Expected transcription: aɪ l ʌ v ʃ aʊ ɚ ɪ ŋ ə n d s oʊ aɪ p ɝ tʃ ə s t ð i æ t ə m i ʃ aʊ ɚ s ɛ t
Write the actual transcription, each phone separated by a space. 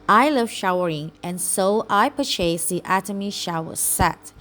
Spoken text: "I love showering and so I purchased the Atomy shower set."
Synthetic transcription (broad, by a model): aɪ l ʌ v ʃ aʊ ɚ ɪ ŋ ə n s oʊ aɪ p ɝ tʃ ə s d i æ t ə m i ʃ aʊ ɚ s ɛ t